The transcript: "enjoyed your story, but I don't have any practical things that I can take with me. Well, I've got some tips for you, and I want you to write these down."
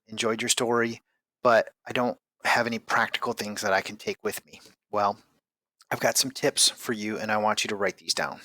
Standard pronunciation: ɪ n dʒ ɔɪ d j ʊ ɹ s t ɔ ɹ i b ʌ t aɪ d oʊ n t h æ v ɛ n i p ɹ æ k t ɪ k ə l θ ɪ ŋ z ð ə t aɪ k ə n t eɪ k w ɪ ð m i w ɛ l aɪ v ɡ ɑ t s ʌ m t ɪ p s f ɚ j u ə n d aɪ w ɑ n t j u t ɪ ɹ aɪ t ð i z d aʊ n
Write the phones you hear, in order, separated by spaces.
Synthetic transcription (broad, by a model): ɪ n dʒ ɔɪ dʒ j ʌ ɹ s t ɔ ɹ i b ʌ t aɪ d oʊ n t h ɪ v ɛ n i p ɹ æ k t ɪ k l θ ɪ ŋ z ð ə t aɪ k n t eɪ k w ɪ ð m i w ɛ l aɪ v ɡ ɑ t s ʌ m t ɪ p s f ɚ j u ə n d aɪ w ɑ n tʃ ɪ t ɪ ɹ aɪ t ð i z d aʊ n